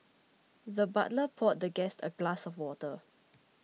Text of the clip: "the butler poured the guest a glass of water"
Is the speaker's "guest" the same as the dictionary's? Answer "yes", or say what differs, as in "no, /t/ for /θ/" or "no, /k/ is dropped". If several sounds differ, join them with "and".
yes